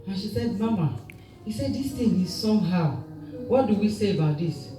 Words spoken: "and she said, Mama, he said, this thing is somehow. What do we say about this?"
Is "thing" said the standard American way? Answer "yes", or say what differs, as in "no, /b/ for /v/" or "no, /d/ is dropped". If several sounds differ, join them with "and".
no, /t/ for /θ/